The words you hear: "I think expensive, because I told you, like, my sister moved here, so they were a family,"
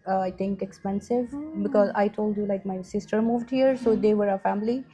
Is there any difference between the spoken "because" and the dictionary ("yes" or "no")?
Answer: no